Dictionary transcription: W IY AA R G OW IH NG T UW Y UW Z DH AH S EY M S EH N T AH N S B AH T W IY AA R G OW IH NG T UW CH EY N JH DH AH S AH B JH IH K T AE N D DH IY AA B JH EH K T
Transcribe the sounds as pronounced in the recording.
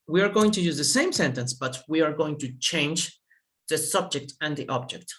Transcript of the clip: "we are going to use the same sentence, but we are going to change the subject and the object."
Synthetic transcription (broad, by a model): W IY AA R G OW IH NG T UW Y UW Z DH AH S EY M S EH N T AH N S B AH T W IY AA R G OW IH NG T UW CH EY N JH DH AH S AH B JH IH K T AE N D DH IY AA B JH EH K T